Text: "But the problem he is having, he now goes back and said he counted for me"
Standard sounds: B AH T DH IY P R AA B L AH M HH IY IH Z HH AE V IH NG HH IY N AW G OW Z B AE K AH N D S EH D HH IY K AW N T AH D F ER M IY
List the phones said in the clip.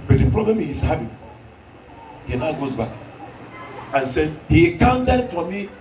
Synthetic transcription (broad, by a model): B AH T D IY P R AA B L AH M HH IY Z HH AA B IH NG HH IY N AW G OW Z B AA K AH N S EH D HH IY K AW N T AH D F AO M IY